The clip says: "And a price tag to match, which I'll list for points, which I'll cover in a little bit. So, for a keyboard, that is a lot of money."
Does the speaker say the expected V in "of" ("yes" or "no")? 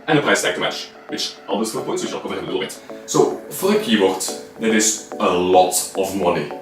yes